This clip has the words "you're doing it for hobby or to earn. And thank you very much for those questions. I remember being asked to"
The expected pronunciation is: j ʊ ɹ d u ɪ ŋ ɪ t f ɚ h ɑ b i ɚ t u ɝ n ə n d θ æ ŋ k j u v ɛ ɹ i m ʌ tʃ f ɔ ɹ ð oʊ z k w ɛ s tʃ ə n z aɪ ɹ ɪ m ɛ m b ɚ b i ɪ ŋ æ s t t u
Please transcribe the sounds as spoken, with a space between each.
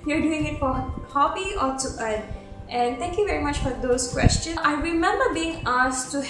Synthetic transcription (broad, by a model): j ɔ ɹ d u ɪ ŋ ɪ t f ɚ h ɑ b i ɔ t u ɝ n ə n d t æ ŋ k j u v ɛ ɹ i m ʌ tʃ f ɔ ɹ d oʊ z k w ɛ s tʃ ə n aɪ ɹ ɪ m ɛ m b ɚ b i ɪ ŋ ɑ s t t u